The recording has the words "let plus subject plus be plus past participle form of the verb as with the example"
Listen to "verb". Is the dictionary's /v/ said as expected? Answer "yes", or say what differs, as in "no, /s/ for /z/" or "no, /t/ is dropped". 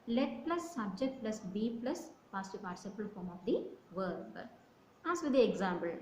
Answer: yes